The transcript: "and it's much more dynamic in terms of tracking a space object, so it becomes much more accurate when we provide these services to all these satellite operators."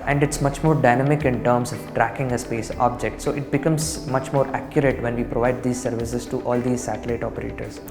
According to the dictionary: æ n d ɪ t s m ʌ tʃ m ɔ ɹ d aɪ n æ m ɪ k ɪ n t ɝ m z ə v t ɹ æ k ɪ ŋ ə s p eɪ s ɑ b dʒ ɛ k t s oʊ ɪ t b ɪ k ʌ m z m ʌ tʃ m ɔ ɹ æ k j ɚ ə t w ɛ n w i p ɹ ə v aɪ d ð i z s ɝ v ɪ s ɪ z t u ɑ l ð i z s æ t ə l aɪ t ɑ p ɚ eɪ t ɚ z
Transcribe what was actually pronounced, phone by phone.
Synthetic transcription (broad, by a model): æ n d ɪ t s m ʌ tʃ m ɔ ɹ d aɪ n æ m ɪ k ɪ n t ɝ m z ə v t ɹ æ k ɪ ŋ ə s p eɪ s ɑ b dʒ ɛ k t s oʊ ɪ t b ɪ k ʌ m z m ʌ tʃ m ɔ ɹ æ k j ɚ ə t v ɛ n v i p ɹ ə v aɪ d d i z s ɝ v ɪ s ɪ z t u ɑ l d i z s æ t ə l aɪ t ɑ p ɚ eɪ t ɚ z